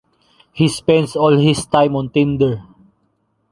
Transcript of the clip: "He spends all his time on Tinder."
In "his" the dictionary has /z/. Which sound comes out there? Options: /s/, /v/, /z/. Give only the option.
/s/